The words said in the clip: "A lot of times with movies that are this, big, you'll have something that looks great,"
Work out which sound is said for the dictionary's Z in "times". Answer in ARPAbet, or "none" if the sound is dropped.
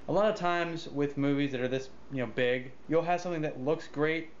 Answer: Z